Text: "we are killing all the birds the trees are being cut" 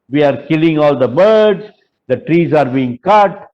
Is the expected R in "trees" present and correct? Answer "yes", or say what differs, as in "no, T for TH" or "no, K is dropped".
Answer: yes